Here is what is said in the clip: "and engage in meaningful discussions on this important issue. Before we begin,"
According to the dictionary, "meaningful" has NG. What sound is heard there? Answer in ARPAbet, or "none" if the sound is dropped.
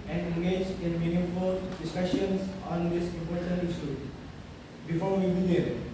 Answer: none